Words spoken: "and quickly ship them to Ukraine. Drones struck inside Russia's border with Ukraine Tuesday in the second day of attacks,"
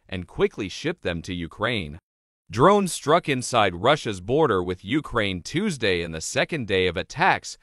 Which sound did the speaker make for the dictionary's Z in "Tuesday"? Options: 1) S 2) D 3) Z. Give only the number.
3